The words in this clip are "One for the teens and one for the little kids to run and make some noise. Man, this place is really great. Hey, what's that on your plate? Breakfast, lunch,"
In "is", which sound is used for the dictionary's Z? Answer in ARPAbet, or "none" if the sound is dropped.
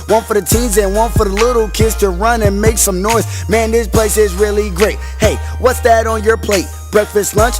Z